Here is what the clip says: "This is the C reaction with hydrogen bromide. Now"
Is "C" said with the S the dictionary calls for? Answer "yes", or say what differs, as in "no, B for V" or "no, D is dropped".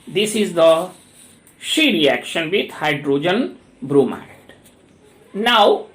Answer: no, SH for S